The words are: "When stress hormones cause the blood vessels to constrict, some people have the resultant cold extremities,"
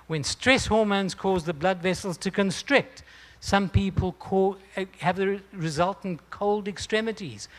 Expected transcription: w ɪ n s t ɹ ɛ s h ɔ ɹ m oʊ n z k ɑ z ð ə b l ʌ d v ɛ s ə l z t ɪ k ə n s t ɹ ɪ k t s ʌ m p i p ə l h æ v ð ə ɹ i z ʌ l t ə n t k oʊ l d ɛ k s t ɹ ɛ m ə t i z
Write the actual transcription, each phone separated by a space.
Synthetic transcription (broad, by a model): w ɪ n s t ɹ ɛ s h ɔ ɹ m oʊ n z k ɑ z ð ə b l ʌ d v ɛ s l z t ɪ k ə n s t ɹ ɪ k t s ʌ m p i p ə l h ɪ v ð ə ɹ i z ʌ l t n k oʊ l d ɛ k s t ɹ ɛ m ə t i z